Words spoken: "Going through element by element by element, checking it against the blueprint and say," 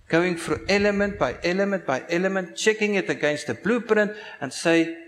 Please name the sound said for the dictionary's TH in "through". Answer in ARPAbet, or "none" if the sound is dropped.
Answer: F